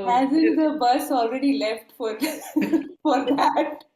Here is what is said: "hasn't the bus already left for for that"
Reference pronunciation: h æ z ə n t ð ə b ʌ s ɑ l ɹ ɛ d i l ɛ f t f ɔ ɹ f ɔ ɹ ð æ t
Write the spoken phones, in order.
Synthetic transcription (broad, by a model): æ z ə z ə b ʌ s ɑ l ɹ ɛ d i l ɛ f t f ɔ ɹ f ɔ ɹ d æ t